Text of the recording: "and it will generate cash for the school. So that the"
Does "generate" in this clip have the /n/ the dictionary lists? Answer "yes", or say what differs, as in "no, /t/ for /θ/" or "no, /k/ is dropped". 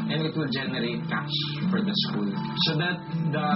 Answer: yes